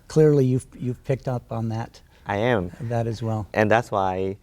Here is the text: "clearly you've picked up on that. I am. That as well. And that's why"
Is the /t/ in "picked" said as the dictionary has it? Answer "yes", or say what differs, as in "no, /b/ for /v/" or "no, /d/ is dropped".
yes